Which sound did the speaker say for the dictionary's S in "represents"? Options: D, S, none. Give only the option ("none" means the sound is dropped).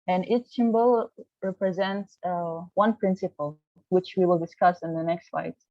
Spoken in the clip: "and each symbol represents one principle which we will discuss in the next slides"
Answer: S